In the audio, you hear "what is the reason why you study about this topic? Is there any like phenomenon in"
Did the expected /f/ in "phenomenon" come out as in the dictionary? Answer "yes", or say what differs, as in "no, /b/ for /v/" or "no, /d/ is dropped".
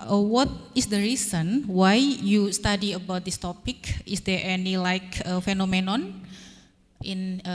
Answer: yes